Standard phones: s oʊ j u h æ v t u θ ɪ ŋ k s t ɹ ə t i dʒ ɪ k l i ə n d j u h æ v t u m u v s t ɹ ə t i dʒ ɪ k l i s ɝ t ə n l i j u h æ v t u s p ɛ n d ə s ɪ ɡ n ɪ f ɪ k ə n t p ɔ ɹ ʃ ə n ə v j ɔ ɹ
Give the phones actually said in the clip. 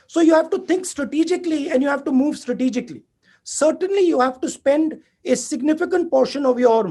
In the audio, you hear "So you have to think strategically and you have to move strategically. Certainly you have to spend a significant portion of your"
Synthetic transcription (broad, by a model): s oʊ j u h æ v t u t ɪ ŋ k s t ɹ ə t i dʒ ɪ k l i ə n d j u h æ v t u m u v s t ɹ ə t i dʒ ɪ k l i s ɝ t ə n l i j u h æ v t u s p ɛ n d ə s ɪ ɡ n ɪ f ɪ k ə n t p ɔ ɹ ʃ ə n ə v j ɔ ɹ